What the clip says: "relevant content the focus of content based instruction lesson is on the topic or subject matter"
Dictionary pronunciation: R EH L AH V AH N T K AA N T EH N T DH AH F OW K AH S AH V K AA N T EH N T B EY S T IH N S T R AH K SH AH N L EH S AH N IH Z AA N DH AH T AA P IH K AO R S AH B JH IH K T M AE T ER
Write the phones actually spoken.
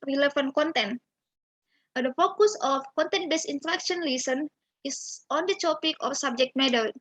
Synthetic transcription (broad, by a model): R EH L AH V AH N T K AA N T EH N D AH F OW K AH S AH F K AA N T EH N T B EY S IH N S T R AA K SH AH N L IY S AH N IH S AA N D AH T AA P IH K AO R S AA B JH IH K T M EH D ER